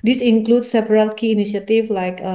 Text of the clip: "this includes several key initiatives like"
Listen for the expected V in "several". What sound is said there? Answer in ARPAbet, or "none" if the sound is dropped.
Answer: P